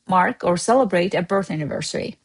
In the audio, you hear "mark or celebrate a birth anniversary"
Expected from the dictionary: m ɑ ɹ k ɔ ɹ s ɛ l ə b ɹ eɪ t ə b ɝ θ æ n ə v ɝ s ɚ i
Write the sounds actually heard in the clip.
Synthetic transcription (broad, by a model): m ɑ ɹ k ɔ ɹ s ɛ l ə b ɹ eɪ t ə b ɝ θ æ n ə v ɝ s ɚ i